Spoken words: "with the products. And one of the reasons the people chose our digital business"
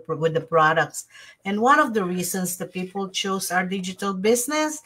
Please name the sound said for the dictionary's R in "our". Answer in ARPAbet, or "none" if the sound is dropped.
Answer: R